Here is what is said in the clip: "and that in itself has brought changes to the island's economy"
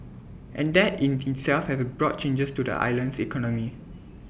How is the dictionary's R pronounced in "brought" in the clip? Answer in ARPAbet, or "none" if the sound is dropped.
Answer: R